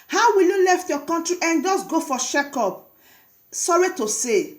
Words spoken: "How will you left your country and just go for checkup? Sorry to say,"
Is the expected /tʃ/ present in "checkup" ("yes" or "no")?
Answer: no